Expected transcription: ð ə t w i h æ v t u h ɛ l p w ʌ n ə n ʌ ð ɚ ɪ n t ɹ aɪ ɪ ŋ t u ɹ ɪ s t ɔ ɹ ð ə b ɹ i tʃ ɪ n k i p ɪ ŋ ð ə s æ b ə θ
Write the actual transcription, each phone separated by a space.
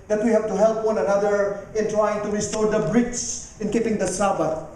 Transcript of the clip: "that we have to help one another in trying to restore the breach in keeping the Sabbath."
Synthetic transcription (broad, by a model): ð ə t w i h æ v t u h ɛ l p w ʌ n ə n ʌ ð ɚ ɪ n t ɹ aɪ ɪ ŋ t u ɹ ɪ s t ɔ ɹ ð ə b ɹ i s ɪ n k i p ɪ ŋ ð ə s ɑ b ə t